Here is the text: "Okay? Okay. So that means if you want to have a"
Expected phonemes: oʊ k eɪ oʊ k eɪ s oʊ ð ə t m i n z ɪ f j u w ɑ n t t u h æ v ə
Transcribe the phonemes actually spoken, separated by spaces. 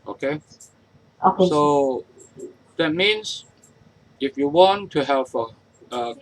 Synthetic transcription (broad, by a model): oʊ k eɪ oʊ k eɪ s oʊ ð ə t m i n s ɪ f j u w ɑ n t t u h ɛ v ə